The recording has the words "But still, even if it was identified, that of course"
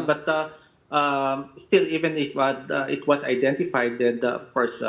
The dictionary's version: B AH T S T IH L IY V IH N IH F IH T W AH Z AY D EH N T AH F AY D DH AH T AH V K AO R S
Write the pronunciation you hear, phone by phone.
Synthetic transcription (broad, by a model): B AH T S T IH L IY V IH N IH F IH T W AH S AY D EH N T AH F AY D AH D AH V K AO R S